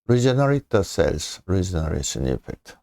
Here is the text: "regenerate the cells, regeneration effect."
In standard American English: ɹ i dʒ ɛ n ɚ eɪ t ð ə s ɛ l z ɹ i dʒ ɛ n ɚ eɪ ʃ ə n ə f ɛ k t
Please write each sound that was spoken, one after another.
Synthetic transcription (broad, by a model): ɹ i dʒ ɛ n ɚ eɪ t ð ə s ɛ l s ɹ i dʒ ɛ n ɚ eɪ ʃ ə n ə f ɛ k t